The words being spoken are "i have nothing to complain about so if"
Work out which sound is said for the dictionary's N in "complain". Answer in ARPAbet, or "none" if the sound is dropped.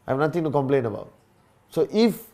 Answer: N